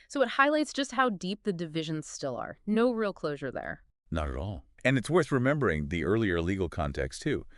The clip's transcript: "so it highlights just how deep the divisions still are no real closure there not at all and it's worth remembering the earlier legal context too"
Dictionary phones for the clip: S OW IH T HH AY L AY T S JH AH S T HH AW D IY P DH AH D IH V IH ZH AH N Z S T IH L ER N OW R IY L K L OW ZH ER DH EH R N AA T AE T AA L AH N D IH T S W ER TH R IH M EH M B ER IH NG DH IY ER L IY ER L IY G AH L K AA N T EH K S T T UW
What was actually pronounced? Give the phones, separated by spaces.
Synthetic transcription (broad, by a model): S OW IH T HH AY L AY T S JH AH S T HH AW D IY P DH AH D IH V IH ZH AH N Z S T IH L ER N OW R IY L K L OW ZH ER DH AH R N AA T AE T AA L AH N IH T S W ER TH R IH M EH M B ER IH NG DH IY ER L IY ER L IY G L K AA N T EH K S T T UW